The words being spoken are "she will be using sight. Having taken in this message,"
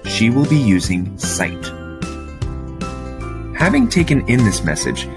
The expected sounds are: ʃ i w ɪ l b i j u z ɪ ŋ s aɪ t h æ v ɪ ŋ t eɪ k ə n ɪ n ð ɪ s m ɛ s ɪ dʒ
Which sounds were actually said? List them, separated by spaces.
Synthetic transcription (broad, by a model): ʃ i w ɪ l b i j u z ɪ ŋ s aɪ t h æ v ɪ ŋ t eɪ k ə n ɪ n ð ɪ s m ɛ s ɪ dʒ